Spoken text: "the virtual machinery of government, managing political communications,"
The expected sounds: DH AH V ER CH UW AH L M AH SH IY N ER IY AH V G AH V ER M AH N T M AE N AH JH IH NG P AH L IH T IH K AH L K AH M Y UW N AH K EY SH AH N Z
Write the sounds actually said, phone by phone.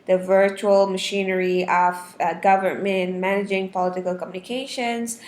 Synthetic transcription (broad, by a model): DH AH V ER CH UW AH L M AH SH IY N ER IY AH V G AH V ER M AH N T M AE N AH JH IH NG P AH L IH T IH K AH L K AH M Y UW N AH K EY SH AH N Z